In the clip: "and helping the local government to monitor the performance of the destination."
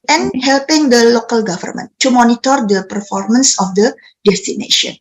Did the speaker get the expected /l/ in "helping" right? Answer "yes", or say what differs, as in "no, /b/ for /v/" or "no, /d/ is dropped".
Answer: yes